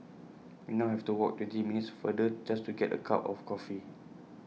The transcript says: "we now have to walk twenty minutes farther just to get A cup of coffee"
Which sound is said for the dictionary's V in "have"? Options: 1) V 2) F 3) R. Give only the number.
2